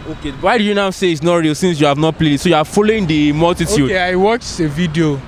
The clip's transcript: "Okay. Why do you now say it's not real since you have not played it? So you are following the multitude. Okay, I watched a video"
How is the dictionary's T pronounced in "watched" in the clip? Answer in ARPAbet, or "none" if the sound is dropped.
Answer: none